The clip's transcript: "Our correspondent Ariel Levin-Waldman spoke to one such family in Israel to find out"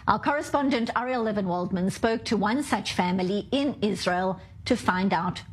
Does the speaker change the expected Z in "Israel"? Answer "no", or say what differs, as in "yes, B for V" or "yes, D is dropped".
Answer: no